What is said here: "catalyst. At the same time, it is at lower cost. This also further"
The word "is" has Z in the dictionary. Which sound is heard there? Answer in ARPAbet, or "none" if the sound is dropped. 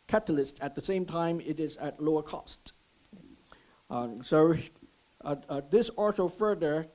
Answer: Z